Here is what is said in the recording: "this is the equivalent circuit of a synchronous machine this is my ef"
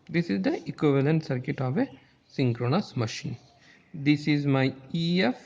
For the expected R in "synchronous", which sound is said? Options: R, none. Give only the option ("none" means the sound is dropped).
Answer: R